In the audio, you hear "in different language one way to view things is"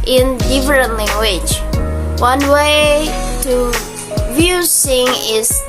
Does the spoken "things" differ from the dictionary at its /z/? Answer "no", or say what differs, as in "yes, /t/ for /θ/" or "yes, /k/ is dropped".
yes, /z/ is dropped